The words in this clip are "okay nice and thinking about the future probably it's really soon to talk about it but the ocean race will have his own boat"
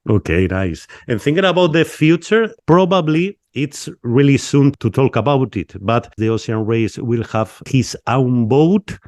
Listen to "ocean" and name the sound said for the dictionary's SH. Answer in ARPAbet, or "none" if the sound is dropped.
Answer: S